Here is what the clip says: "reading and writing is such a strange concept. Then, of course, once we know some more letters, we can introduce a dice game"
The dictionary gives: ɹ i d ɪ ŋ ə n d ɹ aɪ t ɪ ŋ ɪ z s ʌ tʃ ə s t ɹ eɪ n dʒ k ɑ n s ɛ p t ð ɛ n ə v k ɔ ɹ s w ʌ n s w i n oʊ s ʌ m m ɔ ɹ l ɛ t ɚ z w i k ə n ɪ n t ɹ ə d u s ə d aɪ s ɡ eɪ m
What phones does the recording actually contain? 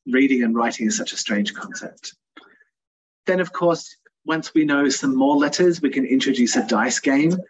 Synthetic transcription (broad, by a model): ɹ i d ɪ ŋ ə n ɹ aɪ t ɪ ŋ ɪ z s ʌ tʃ ə s t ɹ eɪ n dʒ k ɑ n s ɛ p t ð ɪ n ə v k ɔ ɹ s w ʌ n s w i n oʊ s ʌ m m ɔ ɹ l ɛ t ɚ z w i k ə n ɪ n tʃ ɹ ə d u s ə d aɪ s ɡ eɪ m